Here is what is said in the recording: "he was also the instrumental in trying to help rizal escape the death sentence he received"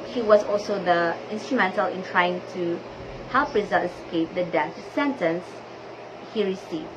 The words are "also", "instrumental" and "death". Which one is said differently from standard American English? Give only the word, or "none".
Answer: death